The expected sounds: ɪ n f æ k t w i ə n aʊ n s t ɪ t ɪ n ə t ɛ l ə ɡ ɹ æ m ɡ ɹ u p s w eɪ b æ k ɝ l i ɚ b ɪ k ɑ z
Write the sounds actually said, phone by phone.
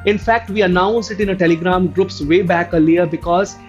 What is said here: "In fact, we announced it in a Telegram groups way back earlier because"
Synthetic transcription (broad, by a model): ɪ n f æ k t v i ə n aʊ n s ɪ t ɪ n ə t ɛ l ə ɡ ɹ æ m ɡ ɹ u p s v eɪ b æ k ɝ l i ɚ b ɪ k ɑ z